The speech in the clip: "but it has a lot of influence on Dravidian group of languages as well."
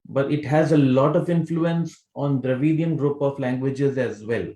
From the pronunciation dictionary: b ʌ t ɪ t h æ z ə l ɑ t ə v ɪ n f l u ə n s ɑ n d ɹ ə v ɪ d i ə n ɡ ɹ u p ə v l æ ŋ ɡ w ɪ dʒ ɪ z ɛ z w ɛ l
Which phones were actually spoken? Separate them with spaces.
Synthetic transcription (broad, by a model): b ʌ t ɪ t h æ z ə l ɑ t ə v ɪ n f l u ə n s ɑ n d ɹ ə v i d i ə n ɡ ɹ u p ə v l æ ŋ ɡ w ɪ dʒ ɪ z ɛ z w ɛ l